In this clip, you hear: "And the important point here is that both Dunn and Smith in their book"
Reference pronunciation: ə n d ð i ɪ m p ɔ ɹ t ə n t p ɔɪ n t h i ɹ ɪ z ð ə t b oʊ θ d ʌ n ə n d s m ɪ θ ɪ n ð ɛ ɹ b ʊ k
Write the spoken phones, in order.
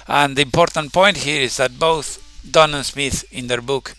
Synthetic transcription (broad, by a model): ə n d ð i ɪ m p ɔ ɹ t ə n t p ɔɪ n t h i ɹ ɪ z ð ə t b oʊ θ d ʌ n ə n s m ɪ θ ɪ n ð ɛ ɹ b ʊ k